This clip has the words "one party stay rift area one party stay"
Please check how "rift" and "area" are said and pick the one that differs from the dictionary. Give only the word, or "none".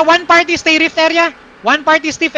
none